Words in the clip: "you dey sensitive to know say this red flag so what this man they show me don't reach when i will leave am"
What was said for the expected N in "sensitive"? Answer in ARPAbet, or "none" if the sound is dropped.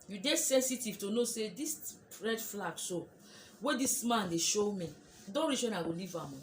N